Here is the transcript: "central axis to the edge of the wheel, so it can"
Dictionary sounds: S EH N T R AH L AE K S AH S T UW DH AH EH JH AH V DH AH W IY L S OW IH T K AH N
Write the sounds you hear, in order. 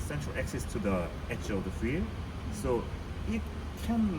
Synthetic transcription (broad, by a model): S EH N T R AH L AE K S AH S T UW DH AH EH CH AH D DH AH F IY S OW IH T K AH N